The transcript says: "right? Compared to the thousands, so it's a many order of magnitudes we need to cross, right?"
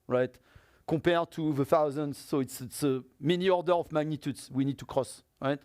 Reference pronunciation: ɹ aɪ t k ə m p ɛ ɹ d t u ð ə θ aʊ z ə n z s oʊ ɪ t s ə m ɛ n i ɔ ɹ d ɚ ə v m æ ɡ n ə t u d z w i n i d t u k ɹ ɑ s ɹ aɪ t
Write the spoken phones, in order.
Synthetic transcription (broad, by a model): ɹ aɪ t k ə p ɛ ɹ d t u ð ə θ aʊ z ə n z s ɪ t s ə m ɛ n i ɔ ɹ d ɚ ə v m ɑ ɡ n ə t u d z w i n i d t u k ɹ ɑ s ɹ aɪ t